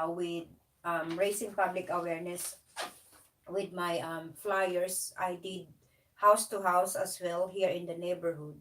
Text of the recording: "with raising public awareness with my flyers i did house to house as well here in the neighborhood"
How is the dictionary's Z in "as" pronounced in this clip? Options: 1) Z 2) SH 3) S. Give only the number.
3